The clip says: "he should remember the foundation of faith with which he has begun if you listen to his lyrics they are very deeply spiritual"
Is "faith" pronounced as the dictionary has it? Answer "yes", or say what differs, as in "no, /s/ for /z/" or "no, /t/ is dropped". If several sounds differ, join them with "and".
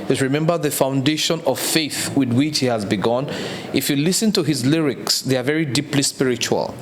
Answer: yes